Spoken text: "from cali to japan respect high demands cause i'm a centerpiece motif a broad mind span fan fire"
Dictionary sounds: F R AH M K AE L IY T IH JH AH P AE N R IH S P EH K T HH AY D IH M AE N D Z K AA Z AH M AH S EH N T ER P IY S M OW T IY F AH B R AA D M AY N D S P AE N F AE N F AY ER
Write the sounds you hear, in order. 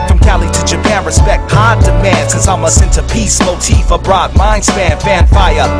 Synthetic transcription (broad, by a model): F R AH M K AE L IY T IH JH AH P AE N R IH S P EH K T HH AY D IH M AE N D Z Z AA AH M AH S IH N T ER P IY S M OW T IY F AH B R AA D M AY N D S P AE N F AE N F AY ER